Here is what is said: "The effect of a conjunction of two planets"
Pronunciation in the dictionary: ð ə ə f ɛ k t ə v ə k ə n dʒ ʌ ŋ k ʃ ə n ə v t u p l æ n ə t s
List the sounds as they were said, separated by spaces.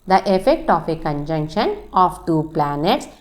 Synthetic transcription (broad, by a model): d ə ə f ɛ k t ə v ə k ə n dʒ ʌ ŋ k ʃ ə n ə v t u p l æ n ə t s